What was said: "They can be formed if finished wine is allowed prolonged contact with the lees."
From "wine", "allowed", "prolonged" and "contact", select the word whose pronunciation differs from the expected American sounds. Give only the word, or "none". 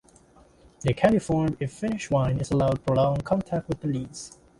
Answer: prolonged